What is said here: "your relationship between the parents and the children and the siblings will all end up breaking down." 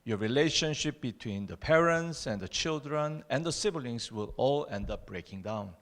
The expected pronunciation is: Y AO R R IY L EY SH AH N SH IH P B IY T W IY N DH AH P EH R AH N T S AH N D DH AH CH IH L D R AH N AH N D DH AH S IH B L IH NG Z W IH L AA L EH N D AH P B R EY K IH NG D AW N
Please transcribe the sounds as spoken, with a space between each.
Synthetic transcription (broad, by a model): Y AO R R IY L EY SH AH N SH IH P B IY T W IY N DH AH P EH R AH N T S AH N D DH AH CH IH L D R AH N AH N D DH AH S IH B L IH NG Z W IH L AA L EH N D AH P B R EY K IH NG D AW N